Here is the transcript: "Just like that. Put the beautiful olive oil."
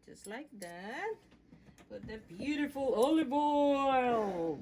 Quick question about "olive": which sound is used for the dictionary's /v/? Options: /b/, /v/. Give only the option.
/b/